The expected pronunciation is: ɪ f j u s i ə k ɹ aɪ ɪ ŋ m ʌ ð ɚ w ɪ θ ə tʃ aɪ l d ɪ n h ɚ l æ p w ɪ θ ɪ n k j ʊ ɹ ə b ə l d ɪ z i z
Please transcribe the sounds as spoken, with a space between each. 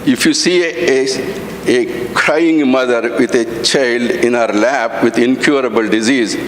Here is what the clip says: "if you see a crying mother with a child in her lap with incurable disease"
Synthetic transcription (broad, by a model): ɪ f j u s i ə k ɹ aɪ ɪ ŋ m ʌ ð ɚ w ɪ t ə tʃ aɪ l d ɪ n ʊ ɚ l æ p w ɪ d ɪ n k j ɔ ɹ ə b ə l d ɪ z i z